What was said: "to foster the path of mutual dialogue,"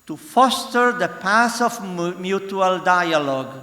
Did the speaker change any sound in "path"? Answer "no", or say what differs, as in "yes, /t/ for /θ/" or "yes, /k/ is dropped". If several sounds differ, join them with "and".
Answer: yes, /s/ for /θ/